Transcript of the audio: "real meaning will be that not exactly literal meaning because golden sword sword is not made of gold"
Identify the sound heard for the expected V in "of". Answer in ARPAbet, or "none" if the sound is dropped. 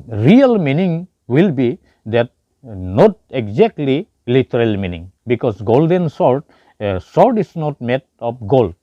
P